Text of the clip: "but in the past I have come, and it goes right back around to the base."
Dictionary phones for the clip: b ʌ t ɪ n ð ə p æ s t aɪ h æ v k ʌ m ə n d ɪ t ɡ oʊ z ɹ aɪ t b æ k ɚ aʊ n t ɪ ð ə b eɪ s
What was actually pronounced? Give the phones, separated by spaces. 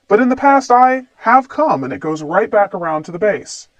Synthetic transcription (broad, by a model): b ʌ t ɪ n ð ə p æ s t aɪ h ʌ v k ʌ m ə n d ɪ t ɡ oʊ z ɹ aɪ t b æ k ɚ aʊ n t ɪ ð ə b eɪ s